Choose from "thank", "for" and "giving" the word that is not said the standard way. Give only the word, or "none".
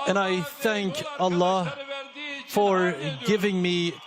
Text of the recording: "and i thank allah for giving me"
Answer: none